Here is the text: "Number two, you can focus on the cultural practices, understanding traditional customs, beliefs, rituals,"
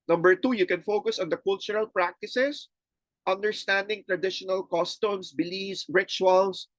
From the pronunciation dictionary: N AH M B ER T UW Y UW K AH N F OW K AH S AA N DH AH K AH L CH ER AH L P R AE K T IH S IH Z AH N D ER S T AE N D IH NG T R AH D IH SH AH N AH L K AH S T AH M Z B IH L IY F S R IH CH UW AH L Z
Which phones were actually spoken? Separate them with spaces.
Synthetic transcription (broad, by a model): N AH M B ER T UW Y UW K AH N F OW K AH S AA N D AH K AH L CH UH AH L P R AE K T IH S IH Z AH N D ER S T AE N D IH NG T R AH D IH SH AH N AH L K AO S T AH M S B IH L IY S R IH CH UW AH L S